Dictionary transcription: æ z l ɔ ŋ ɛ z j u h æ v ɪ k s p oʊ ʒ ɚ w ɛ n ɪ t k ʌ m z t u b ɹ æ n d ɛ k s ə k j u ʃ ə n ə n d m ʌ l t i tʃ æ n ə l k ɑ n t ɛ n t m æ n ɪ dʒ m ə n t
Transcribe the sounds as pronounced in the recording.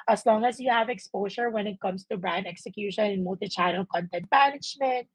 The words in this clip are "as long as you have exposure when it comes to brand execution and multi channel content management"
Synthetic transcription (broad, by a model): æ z l ɔ ŋ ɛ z j u h æ v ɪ k s p oʊ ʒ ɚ w ɛ n ɪ t k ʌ m s t u b ɹ æ n d ɛ k s ə k j u ʃ ə n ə n m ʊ l t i tʃ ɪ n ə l k ɑ n t ɛ n t m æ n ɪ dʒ m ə n t